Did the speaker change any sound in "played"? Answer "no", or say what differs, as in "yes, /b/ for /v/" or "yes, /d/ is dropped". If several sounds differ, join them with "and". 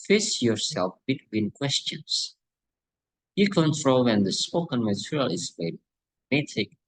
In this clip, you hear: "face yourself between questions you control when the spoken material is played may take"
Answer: yes, /l/ is dropped